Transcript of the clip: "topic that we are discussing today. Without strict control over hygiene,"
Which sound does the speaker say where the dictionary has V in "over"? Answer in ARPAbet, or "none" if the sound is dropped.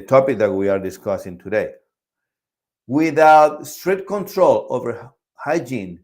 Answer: V